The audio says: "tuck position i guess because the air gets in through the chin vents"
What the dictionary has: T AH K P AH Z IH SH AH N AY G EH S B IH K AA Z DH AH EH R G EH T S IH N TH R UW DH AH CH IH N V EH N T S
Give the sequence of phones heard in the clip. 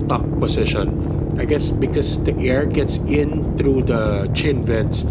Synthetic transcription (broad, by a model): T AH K P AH S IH SH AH N AY G EH S B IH K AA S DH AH EH R G EH T S IH N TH R UW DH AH CH IH N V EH N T S